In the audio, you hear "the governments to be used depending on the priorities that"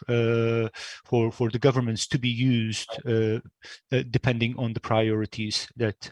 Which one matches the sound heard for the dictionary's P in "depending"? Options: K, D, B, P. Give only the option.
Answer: P